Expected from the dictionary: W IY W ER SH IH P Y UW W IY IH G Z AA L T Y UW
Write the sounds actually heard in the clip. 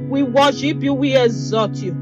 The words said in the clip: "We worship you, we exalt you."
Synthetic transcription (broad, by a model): W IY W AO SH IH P Y UW W IY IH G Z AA T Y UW